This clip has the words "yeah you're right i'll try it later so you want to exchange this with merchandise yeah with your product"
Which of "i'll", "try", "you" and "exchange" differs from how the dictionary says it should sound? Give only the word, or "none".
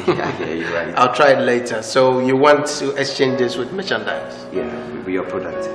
none